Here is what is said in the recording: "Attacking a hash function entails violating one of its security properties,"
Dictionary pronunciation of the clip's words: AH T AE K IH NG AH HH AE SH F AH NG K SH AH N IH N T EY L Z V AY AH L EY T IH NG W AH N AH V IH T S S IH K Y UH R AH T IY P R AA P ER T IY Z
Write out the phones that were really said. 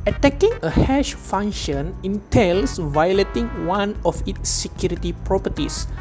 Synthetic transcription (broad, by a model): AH T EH K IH NG AH HH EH SH F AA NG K SH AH N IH N T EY L S V AY AH L EY T IH NG W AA N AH F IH T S S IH K Y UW R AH T IY P R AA P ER T IY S